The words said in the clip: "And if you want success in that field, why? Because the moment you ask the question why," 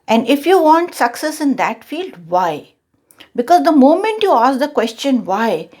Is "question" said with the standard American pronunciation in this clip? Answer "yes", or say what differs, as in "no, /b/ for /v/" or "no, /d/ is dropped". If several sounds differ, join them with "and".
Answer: yes